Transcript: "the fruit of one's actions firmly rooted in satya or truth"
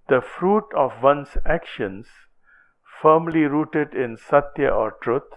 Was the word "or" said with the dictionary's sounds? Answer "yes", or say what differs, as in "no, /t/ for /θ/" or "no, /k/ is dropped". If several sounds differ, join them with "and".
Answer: yes